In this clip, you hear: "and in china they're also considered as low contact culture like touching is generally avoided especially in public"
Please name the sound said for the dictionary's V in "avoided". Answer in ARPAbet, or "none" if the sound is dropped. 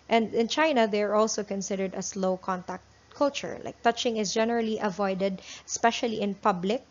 V